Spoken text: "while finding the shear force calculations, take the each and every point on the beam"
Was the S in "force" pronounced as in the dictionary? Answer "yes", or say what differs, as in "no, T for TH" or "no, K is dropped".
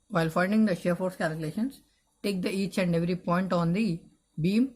yes